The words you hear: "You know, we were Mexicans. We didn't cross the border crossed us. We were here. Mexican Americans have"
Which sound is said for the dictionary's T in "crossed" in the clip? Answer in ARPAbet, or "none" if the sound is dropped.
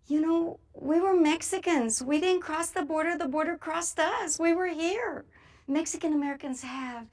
T